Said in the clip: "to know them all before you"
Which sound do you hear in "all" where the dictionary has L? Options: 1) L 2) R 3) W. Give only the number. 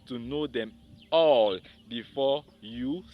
1